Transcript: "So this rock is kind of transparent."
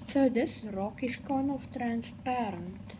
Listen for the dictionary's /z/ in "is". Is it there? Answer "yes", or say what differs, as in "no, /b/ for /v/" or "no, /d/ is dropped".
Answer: no, /s/ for /z/